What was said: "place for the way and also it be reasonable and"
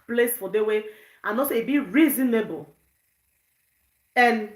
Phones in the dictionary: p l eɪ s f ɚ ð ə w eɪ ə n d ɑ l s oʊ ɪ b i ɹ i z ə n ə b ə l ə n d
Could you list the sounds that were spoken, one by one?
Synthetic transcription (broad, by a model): p l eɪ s f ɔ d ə w eɪ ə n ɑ s ɪ b i ɹ i z ə n ə b ə l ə n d